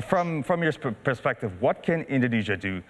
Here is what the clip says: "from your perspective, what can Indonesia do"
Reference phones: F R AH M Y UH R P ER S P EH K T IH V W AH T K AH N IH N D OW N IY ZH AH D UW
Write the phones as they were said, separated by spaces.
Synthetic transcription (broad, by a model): F R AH M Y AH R P ER S P EH K T IH V W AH T K AH N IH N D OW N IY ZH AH D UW